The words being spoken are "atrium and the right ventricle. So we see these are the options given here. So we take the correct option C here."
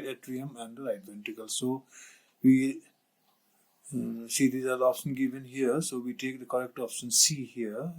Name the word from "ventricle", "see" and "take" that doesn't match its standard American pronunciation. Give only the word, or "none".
ventricle